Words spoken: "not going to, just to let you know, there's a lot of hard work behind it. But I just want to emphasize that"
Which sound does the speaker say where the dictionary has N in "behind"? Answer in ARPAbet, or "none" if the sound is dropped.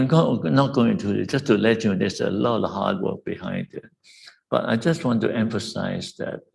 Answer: N